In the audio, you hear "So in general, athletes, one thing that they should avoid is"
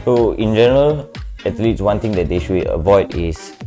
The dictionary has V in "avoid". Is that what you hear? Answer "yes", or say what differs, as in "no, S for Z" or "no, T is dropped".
yes